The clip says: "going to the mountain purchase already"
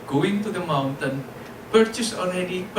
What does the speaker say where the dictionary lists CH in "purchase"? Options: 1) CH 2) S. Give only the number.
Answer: 1